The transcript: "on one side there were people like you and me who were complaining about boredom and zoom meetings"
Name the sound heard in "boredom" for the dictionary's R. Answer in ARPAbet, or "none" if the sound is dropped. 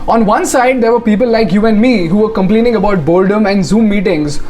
L